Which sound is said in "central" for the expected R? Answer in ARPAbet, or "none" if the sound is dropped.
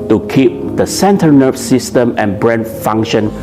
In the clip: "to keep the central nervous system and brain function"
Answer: none